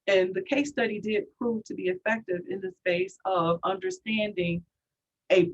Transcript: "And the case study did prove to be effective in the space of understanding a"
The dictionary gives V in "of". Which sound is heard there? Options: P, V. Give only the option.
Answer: V